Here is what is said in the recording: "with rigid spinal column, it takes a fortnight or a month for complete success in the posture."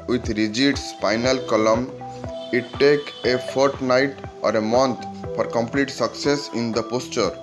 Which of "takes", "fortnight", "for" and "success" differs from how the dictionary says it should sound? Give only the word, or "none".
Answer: takes